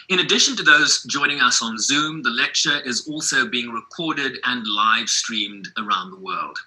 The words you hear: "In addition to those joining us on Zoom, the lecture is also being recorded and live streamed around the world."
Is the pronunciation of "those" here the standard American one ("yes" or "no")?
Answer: yes